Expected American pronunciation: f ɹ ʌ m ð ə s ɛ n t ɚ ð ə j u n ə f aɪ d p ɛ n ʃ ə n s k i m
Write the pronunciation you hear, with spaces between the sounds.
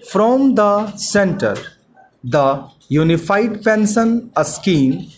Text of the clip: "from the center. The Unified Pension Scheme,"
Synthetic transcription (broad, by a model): f ɹ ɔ m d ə s ɛ n t ɚ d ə j u n ə f aɪ d p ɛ n s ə n s k i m